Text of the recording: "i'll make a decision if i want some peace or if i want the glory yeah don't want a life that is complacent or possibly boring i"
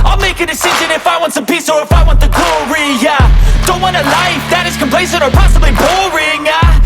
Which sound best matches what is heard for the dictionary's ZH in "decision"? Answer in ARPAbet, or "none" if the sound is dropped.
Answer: ZH